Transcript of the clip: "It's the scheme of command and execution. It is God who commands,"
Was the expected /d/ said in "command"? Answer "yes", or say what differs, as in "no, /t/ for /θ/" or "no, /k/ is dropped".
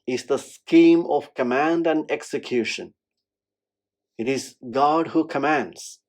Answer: yes